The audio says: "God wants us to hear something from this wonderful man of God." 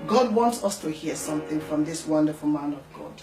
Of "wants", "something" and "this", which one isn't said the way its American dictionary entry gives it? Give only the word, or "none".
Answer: none